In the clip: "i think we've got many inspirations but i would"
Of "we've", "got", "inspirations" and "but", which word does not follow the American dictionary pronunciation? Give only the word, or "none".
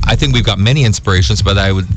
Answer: none